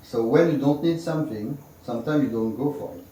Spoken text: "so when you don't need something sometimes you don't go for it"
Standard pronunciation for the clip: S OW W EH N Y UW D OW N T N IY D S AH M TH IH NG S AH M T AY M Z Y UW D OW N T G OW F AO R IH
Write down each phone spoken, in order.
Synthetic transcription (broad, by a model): S OW W EH N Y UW D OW N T N IY D S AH M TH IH NG S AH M T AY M Y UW D OW N T G OW F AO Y